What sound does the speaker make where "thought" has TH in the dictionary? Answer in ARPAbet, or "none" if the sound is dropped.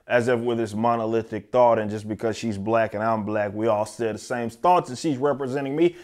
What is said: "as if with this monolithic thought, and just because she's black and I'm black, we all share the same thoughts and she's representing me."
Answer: TH